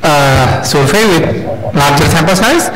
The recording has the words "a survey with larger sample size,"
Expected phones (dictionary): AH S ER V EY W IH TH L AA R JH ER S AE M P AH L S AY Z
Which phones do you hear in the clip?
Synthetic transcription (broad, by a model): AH S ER F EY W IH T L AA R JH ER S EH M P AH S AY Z